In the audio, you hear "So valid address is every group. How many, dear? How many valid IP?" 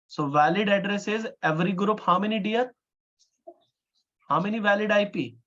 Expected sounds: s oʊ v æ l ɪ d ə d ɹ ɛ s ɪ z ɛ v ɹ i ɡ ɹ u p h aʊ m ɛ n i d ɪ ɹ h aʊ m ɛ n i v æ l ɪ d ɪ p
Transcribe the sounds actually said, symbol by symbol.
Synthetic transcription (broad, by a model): s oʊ v æ l ɪ d ə d ɹ ɛ s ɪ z ɛ v ɹ i ɡ ɹ u p h aʊ m ɛ n i d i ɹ h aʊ m ɛ n i v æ l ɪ d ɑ p